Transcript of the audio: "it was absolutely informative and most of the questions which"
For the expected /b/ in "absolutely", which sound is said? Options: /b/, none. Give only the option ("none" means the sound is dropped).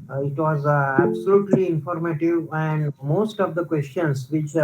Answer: /b/